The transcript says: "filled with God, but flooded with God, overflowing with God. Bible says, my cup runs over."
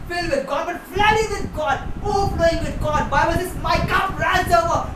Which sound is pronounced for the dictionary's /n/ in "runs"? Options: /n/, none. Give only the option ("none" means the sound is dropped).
none